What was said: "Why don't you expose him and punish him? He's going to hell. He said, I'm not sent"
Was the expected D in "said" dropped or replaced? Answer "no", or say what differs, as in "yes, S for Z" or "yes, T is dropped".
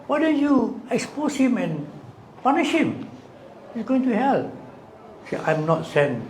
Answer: yes, D is dropped